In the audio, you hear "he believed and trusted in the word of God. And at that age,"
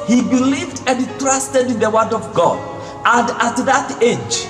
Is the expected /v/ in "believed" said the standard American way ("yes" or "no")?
yes